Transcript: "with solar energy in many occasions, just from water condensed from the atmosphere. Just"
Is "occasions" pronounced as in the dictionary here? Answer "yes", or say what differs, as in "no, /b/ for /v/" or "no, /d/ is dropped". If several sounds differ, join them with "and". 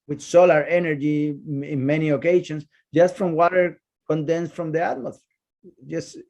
no, /ʃ/ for /ʒ/ and /s/ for /z/